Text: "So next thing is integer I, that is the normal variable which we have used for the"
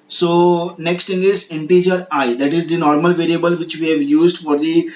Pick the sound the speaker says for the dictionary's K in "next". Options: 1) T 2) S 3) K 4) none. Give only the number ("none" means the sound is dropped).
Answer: 3